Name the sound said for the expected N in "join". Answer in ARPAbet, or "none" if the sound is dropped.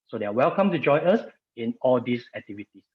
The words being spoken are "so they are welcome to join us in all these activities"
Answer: none